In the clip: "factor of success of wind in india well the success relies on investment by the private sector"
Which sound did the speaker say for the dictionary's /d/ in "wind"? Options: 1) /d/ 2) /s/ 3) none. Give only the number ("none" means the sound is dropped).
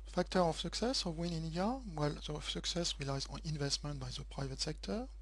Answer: 3